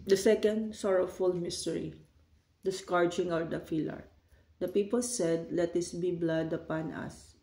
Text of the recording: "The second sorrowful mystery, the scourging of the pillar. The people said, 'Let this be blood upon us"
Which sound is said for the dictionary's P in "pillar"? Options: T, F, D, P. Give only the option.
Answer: F